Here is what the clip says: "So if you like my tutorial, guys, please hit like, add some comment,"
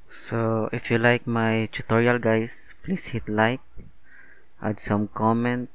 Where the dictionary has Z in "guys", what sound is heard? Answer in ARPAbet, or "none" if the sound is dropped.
S